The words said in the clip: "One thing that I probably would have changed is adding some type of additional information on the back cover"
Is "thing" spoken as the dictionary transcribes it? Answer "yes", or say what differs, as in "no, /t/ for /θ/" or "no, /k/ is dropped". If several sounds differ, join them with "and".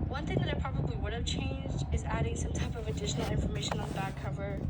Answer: yes